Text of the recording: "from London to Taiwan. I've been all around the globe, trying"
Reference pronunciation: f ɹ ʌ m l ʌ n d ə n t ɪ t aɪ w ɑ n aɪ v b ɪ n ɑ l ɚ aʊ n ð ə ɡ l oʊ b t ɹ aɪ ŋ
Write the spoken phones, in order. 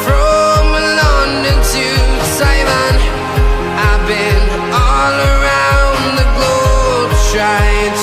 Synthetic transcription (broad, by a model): f ɹ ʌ m l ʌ n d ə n t ɪ s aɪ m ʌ n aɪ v b ɪ n ɑ l ɚ aʊ n ð ə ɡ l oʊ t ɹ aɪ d